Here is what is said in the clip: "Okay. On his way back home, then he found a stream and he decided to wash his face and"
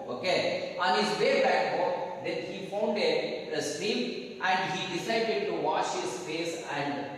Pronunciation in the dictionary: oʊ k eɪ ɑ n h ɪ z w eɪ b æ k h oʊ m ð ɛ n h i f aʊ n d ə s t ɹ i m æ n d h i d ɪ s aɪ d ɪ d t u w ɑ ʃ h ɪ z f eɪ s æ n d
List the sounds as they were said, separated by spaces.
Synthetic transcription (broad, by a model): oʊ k eɪ ɑ n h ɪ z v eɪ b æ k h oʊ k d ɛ n h i f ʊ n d ə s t i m æ n d h i d ɪ s aɪ d ɪ d t u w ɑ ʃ h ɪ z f eɪ s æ n d